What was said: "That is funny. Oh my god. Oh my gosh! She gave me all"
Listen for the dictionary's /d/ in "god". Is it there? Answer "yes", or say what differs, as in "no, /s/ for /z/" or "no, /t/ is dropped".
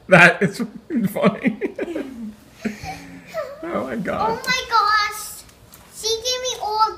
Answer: no, /d/ is dropped